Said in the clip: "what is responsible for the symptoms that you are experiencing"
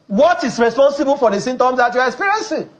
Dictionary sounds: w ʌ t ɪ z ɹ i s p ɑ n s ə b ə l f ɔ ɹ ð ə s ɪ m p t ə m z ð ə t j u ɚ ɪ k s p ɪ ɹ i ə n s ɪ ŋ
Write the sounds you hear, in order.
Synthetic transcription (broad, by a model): w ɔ t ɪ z ɹ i s p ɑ n s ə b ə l f ɔ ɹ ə s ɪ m t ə m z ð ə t j u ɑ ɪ k s p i ɹ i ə n s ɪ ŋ